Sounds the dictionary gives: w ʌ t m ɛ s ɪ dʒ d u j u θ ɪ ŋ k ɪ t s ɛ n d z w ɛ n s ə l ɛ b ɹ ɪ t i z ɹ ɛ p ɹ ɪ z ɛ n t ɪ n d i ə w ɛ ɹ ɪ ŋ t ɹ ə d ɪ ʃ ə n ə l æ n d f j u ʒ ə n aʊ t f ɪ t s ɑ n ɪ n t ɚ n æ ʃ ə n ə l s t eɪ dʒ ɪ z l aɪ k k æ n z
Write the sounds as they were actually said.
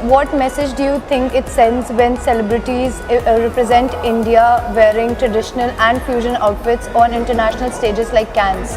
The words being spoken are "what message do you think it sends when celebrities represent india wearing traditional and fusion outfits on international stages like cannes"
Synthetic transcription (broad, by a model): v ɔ t m ɛ s ɪ dʒ d u j u t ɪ ŋ k ɪ t s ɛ n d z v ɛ n s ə l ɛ b ɹ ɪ t i z ɹ ɛ p ɹ ɪ z ɛ n t ɪ n d i ə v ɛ ɹ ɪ ŋ t ɹ ə d ɪ ʃ ə n ə l æ n d f j u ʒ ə n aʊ t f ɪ t s ɑ n ɪ n t ɚ n æ ʃ ə n ə l s t eɪ dʒ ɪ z l aɪ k k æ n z